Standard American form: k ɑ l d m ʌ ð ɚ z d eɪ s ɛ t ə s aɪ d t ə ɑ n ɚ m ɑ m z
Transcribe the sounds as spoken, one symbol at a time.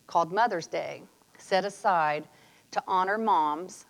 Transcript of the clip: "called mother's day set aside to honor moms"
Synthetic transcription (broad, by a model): k ɑ l d m ʌ ð ɚ z d eɪ s ɛ t ə s aɪ d t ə ɑ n ɚ m ɑ m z